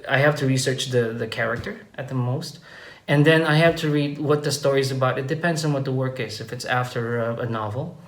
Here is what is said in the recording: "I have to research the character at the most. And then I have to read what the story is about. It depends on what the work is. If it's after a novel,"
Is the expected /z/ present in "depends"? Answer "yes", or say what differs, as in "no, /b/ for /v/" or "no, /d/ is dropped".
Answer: yes